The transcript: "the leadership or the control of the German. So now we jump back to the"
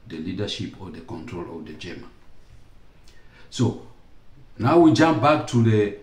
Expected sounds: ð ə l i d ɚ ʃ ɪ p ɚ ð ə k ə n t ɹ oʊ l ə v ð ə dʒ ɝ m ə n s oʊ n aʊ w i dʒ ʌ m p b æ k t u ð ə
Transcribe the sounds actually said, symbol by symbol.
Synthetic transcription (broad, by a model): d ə l i d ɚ ʃ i p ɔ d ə k ə n t ɹ oʊ l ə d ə dʒ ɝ m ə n s oʊ n aʊ w i dʒ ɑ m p b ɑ k t u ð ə